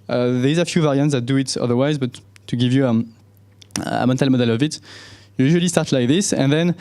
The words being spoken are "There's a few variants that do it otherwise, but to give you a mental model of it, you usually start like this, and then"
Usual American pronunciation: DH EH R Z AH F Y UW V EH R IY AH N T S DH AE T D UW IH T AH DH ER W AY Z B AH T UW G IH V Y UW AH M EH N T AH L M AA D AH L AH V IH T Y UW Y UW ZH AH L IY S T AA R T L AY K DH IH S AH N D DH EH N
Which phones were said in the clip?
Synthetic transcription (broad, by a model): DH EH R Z AH F Y UW V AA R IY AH N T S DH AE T D UW IH T AH DH ER W AY Z B AH T UW G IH V Y UW AH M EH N T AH L M AA D AH L AH V IH T Y UW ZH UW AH L IY S T AA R T L AY K DH IH S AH N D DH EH N